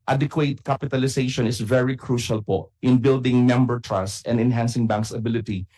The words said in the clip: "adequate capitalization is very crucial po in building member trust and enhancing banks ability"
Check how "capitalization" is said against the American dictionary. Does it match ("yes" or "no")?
no